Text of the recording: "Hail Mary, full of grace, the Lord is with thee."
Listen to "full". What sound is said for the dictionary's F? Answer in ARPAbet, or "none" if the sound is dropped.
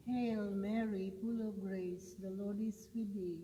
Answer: P